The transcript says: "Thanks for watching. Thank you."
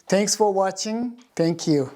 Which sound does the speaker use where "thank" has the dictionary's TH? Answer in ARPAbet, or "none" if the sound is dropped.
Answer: T